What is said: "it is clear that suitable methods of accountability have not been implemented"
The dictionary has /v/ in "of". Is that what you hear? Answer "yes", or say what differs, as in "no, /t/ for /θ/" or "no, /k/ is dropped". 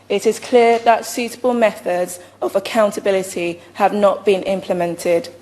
yes